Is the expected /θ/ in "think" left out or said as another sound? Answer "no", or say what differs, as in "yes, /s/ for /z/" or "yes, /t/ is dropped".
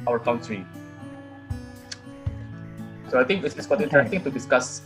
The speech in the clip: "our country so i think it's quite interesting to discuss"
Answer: yes, /t/ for /θ/